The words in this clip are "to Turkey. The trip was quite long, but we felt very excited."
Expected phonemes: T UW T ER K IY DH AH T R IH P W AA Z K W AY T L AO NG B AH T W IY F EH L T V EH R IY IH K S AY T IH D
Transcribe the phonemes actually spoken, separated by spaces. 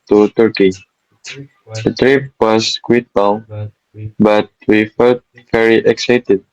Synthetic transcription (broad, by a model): T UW T ER K IY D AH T R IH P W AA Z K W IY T N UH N B AH T W IY F EH L T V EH R IY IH K S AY T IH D